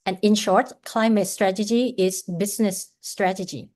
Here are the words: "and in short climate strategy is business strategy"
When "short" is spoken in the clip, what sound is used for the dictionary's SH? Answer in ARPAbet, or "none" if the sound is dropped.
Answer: SH